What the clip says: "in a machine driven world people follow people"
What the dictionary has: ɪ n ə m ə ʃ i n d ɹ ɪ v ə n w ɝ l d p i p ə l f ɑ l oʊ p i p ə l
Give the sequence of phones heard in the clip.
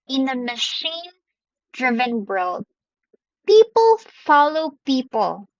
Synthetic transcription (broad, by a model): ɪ n ə m ə ʃ i n d ɹ ɪ v ə n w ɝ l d p i p ə l f ɑ l oʊ p i p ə l